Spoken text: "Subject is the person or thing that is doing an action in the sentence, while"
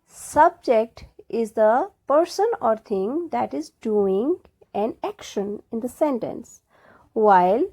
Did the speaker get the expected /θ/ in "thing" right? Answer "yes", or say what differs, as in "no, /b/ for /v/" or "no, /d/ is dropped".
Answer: no, /t/ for /θ/